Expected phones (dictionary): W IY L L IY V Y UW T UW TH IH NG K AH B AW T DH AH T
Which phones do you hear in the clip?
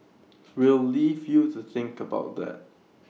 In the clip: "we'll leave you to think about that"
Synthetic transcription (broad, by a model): W IY L L IY V Y UW T UW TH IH NG K AH B AW T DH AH T